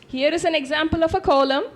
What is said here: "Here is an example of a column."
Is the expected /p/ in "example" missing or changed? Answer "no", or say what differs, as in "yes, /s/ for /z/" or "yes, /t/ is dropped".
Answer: no